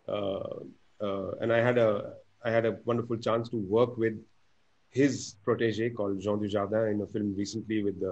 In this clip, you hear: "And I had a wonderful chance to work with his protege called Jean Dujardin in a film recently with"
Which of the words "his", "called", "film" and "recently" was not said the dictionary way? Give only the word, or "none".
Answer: none